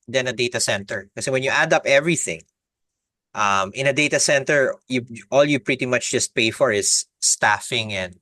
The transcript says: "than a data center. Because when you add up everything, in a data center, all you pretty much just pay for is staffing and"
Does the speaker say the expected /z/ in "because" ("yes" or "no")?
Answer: no